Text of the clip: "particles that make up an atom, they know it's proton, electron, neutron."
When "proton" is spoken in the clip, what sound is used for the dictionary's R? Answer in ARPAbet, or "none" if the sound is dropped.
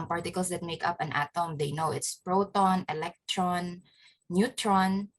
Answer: R